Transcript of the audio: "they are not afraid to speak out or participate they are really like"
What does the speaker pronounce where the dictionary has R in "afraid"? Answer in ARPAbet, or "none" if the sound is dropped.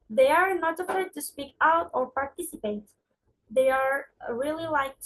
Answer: none